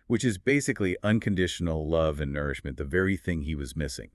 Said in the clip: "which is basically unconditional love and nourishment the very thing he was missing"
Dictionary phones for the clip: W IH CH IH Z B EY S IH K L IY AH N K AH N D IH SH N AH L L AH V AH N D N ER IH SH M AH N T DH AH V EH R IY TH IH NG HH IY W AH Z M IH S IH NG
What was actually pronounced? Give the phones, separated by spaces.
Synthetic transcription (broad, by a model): W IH CH IH Z B EY S IH K L IY AH N K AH N D IH SH N L L AH V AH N N ER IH SH M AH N DH AH V EH R IY TH IH NG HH IY W AH Z M IH S IH NG